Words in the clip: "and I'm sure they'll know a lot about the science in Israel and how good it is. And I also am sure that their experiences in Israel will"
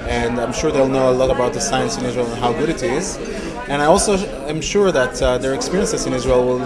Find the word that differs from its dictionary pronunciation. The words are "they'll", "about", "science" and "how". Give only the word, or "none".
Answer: none